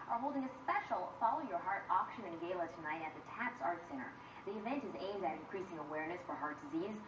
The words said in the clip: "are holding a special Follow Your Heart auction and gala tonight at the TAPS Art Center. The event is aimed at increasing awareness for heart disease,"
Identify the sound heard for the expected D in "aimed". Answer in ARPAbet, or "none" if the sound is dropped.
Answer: D